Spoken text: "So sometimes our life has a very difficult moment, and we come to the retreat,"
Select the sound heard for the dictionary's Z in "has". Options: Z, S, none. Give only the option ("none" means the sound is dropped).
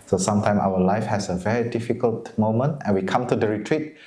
S